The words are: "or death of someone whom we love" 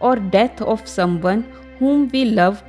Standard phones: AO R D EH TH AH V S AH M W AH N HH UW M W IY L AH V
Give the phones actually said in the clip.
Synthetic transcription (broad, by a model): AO R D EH T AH F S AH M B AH N HH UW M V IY L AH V